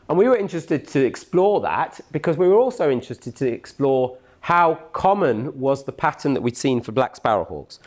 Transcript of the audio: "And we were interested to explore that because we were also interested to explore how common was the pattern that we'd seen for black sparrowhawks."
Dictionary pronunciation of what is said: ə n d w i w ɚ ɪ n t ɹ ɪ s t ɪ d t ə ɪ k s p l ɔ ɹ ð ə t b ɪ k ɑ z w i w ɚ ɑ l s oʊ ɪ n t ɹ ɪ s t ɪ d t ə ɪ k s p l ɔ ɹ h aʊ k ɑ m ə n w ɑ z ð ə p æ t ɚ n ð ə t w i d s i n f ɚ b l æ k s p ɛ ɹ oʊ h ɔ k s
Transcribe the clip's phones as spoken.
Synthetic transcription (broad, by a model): ə n w i w ɚ ɪ n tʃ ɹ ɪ s t ɪ d t ə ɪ k s p l ɔ ð ə t b ɪ k ɑ z w i w ɚ ɑ l s oʊ ɪ n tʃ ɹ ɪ s t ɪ d t ə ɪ k s p l ɔ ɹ h aʊ k ɑ m ə n w ɑ z ð ə p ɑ t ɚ n ð ə t w i d s i n f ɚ b l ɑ k s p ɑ ɹ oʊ h ɔ k s